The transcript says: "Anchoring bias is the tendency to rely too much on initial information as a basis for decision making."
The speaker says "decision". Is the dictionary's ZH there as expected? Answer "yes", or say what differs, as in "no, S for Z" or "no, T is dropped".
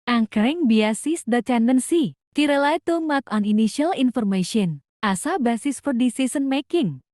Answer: no, S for ZH